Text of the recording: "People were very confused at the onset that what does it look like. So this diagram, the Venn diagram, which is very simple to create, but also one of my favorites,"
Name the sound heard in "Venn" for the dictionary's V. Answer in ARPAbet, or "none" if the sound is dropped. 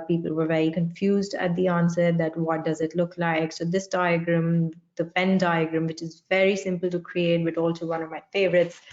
F